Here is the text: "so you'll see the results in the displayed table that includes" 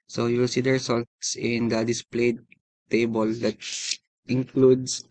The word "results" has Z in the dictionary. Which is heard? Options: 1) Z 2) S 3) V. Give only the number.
2